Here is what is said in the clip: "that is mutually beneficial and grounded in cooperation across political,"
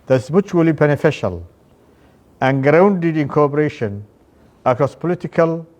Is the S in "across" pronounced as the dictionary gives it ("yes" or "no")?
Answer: yes